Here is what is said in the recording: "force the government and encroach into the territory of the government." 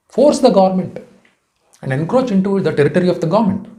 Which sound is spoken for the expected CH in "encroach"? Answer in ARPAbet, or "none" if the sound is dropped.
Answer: CH